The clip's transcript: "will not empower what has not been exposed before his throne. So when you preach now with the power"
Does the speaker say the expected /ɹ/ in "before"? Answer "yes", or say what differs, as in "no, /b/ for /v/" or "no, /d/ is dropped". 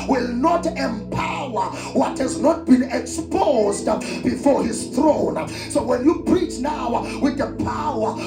yes